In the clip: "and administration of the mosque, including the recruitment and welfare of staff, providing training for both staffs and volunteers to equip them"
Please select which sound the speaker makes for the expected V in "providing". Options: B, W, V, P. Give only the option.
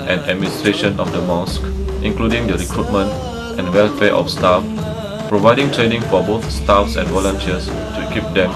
V